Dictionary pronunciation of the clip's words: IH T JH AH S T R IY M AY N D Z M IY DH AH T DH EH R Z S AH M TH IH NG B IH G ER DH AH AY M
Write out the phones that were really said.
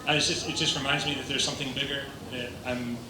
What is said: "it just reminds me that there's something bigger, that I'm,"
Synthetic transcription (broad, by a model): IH T JH AH S T R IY M AY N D Z M IY DH AH T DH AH R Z S AH M TH IH NG B IH G ER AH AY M